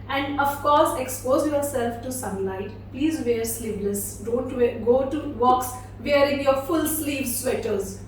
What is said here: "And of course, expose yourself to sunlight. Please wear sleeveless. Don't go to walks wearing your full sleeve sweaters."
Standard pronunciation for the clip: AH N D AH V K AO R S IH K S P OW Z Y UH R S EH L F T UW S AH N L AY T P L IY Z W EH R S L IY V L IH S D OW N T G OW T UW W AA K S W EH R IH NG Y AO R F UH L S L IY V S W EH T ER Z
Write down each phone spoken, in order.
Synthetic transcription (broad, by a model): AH N D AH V K AO R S IH K S P OW Z Y UH R S EH L F T UW S AH N L AY T P L IY Z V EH R S L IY P L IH S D OW N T G OW T UW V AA K S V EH R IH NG Y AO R F UH L S L IY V S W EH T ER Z